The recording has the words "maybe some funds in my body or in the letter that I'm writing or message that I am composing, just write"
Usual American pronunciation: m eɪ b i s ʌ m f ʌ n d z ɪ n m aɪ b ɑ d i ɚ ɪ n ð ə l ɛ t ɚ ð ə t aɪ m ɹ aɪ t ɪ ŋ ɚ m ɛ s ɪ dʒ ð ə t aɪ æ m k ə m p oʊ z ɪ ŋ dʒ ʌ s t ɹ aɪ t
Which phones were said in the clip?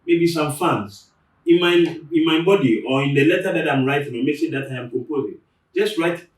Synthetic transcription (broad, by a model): m eɪ b i s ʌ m f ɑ n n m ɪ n m aɪ b ɑ d i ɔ ɪ n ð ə l ɛ t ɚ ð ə t aɪ m ɹ aɪ t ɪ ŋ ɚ m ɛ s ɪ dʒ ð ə t aɪ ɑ m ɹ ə p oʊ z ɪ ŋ dʒ ʌ s t ɹ aɪ t